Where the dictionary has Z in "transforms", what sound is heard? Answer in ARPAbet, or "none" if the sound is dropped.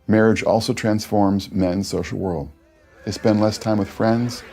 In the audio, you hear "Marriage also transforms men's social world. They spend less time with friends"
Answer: Z